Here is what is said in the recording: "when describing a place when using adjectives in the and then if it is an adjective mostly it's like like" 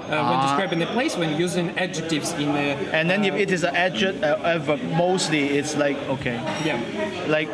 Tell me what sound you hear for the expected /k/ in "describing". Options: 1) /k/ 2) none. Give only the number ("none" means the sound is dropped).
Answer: 2